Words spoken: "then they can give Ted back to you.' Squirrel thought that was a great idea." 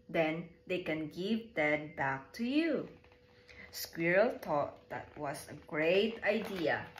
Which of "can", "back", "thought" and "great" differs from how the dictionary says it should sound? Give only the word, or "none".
thought